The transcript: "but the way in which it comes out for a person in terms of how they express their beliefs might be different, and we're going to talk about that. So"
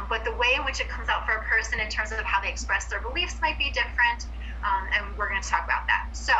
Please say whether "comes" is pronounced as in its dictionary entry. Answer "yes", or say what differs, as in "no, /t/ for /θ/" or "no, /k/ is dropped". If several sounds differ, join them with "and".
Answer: yes